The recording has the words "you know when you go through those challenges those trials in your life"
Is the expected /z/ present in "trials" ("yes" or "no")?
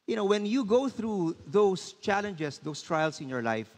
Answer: no